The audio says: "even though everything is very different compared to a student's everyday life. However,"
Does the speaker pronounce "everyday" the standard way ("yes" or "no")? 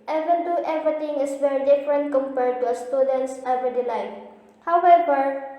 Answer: no